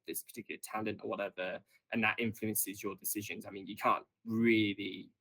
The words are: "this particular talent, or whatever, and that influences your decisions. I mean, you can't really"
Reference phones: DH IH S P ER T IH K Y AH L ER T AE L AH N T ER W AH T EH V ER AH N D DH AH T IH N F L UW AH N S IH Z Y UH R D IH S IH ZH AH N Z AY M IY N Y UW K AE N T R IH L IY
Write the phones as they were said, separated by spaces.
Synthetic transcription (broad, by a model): DH IH S P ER T IH K Y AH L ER T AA L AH N T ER W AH T EH V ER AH N DH AH T IH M F L UW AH N S IH Z Y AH D IH S IH ZH AH N Z AY M IY N Y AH K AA N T R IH L IY